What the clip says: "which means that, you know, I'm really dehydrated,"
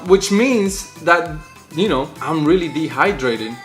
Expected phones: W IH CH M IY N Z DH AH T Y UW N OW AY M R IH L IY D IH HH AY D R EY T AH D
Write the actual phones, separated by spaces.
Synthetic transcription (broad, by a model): W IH CH M IY N Z DH AH T Y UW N OW AY M R IH L IY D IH HH AY D R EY T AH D